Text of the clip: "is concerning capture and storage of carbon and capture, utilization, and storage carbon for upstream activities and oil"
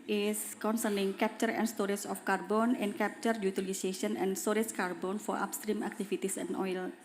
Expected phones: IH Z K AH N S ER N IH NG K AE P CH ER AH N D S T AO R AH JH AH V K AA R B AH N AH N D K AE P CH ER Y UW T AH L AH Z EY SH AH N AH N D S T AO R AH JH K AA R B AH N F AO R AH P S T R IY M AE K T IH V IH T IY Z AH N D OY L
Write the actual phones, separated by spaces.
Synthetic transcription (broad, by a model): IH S K AH N S ER N IH NG K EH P CH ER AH N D S T AO R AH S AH F K AA R B AH N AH N K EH P CH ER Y UW T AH L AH S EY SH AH N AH N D S T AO R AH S K AA R B AH N F AO R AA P S T R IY M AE K T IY F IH T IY S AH N OY L